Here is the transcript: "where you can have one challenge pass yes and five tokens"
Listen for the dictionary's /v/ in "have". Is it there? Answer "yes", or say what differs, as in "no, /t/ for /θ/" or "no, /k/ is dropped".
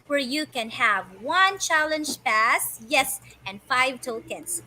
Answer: yes